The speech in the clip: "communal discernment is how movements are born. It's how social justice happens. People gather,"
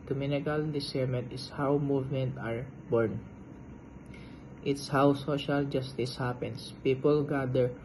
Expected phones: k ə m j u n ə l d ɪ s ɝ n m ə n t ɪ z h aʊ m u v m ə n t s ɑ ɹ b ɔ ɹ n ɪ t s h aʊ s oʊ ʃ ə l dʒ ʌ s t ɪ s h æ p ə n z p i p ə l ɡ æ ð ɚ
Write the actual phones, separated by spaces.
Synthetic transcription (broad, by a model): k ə m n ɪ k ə l d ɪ s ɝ m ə n t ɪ s h aʊ m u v m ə n t ɑ ɹ b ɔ ɹ n ɪ t s h aʊ s oʊ ʃ ə l dʒ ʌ s t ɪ s h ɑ p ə n s p i p ə l ɡ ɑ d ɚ